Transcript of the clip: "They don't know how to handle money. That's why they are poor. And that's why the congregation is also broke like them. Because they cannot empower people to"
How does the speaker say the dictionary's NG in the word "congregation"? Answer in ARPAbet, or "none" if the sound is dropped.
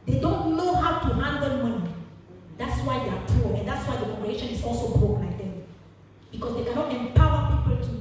none